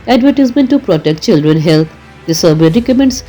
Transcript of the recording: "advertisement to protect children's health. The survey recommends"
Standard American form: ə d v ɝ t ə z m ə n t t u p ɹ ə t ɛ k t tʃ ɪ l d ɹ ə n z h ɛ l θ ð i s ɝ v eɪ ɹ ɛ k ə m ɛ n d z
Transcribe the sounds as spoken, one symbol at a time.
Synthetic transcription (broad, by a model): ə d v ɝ t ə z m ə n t t u p ɹ ə t ɛ k t tʃ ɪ l d ɹ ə n h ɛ l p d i s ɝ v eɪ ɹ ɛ k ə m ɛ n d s